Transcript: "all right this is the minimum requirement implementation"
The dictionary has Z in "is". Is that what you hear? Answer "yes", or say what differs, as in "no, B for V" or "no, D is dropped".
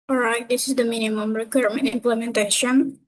yes